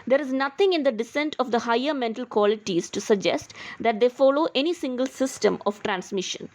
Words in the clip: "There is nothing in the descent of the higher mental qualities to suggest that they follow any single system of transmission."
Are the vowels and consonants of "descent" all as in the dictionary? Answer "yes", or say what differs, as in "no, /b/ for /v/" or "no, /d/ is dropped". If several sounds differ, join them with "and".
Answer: yes